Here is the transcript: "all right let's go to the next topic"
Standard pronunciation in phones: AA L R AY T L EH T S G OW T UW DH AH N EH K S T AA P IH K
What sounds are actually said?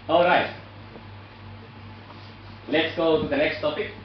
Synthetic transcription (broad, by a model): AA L R AY T L EH T S G OW T UW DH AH N EH K S T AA P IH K